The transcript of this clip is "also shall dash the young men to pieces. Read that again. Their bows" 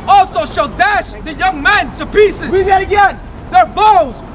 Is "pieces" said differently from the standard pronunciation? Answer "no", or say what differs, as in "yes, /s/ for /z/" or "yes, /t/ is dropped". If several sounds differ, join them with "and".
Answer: no